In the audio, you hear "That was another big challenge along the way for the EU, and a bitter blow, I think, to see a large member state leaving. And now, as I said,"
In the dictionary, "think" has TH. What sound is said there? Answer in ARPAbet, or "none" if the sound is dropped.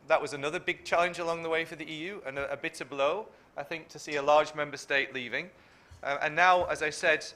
TH